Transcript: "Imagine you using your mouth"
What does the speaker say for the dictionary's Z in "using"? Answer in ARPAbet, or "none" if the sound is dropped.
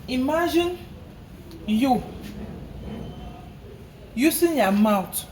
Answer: S